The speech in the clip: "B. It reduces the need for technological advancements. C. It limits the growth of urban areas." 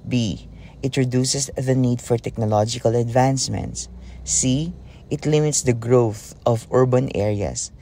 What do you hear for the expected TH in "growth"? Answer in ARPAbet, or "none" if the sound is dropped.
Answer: TH